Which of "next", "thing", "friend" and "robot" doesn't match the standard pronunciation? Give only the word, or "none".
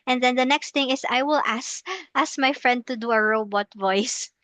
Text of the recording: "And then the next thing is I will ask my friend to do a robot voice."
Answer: thing